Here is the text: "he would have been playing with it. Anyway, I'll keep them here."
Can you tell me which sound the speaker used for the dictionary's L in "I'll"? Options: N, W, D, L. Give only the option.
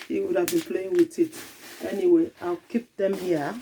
L